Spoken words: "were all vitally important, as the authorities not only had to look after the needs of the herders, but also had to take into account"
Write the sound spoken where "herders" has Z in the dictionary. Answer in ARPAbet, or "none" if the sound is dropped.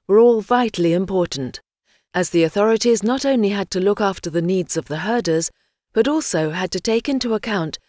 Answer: Z